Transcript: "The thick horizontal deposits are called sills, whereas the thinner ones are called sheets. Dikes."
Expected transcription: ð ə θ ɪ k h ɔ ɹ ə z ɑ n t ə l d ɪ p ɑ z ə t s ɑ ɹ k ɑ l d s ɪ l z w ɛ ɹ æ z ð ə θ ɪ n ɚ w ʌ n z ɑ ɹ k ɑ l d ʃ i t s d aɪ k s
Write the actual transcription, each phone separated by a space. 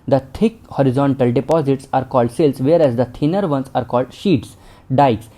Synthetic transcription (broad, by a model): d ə t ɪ k h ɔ ɹ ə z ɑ n t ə l d ɪ p ɑ z ə t s ɑ ɹ k ɑ l d s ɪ l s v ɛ ɹ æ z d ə t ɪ n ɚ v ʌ n s ɑ ɹ k ɑ l d ʃ i t s d aɪ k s